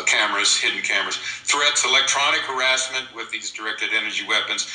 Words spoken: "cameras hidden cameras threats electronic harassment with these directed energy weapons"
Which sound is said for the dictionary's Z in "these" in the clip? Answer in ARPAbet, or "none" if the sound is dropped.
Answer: Z